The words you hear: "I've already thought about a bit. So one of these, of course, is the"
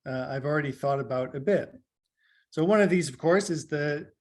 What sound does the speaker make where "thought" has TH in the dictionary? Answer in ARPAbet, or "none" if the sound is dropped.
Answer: TH